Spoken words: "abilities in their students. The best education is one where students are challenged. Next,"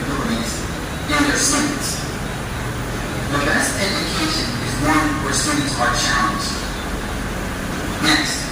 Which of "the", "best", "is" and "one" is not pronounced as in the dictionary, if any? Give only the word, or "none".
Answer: none